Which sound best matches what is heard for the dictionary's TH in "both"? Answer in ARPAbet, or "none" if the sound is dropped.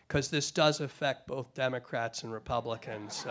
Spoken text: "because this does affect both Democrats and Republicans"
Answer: TH